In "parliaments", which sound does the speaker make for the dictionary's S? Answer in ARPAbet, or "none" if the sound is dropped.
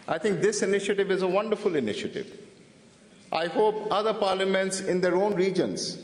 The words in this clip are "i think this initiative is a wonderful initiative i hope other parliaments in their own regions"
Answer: S